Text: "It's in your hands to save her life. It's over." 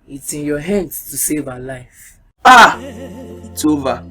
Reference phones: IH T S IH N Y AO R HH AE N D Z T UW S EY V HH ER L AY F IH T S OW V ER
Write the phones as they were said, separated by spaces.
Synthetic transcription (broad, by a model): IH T IH N Y AO HH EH N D S T UW S EY V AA L AY F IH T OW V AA